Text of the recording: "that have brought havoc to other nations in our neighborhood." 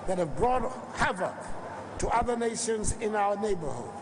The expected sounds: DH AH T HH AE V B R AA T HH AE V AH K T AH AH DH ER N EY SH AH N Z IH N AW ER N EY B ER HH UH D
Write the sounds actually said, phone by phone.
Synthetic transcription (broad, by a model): DH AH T HH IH V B R AA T HH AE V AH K T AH AH DH ER N EY SH AH N Z IH N AW ER N EY B ER HH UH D